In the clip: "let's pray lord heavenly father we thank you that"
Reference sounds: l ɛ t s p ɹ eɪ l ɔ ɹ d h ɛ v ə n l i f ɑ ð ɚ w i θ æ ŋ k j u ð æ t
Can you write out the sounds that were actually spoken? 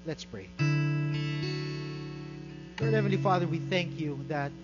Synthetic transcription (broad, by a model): l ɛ t s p ɹ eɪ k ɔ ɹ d h ɛ v ə n l i f ɑ ð ɚ w i θ æ ŋ k j u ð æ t